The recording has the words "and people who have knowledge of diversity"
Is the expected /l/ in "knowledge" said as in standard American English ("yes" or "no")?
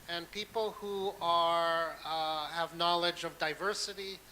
yes